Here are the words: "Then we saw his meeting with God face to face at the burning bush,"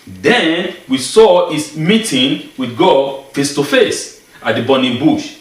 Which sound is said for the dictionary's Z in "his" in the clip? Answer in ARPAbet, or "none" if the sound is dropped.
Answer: S